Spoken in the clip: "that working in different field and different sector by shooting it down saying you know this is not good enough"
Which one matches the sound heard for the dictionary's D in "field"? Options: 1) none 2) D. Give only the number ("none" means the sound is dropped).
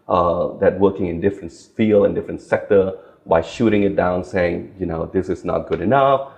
1